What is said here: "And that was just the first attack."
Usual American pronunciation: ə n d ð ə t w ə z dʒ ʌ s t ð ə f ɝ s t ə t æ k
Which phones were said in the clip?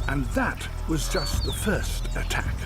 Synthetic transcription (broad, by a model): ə n ð ə t w ə z dʒ ʌ s t ð ə f ɝ s t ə t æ k